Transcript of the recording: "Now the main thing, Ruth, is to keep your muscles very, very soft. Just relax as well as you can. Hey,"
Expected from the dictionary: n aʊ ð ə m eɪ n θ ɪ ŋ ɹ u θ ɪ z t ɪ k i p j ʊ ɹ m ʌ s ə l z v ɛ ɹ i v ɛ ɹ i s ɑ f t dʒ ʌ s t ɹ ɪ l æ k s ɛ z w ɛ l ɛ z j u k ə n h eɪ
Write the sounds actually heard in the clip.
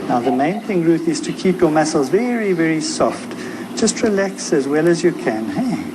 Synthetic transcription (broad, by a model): n aʊ ð ə m eɪ n θ ɪ ŋ ɹ u θ ɪ z t ɪ k i p j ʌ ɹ m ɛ s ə l z v ɛ ɹ i v ɛ ɹ i s ɑ f t dʒ ʌ s t ɹ ɪ l æ k s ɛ z w ɛ l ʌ z j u k ə n h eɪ